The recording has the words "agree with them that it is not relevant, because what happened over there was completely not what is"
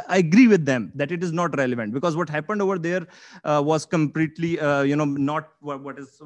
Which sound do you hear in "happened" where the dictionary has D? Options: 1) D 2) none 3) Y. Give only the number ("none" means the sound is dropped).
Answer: 1